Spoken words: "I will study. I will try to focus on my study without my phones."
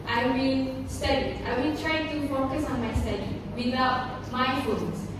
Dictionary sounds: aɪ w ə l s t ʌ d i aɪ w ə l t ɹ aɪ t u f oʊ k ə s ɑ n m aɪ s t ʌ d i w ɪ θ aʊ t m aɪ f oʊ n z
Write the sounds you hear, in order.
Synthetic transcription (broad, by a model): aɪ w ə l s t ʌ d i aɪ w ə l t ɹ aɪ t u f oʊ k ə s ɑ n m aɪ s t ʌ d i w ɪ t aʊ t m aɪ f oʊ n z